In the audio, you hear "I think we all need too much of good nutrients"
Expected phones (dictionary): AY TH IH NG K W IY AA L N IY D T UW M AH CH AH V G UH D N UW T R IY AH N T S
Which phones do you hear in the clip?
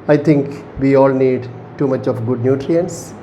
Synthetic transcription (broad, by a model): AY T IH NG K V IY AA L N IY D T UW M AH CH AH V G UH D N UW T R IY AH N S